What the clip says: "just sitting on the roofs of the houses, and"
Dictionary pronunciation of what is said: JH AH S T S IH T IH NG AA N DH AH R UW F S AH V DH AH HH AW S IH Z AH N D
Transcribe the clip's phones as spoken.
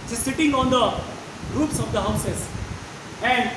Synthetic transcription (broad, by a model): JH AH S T S IH T IH NG AA N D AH R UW P S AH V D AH HH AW S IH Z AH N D